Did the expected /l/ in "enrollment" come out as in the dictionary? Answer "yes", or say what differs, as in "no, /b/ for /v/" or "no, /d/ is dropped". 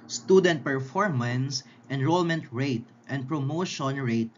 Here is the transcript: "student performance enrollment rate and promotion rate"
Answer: yes